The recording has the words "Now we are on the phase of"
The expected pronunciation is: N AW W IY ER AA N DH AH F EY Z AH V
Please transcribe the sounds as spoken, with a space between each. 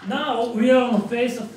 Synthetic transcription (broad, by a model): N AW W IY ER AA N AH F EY S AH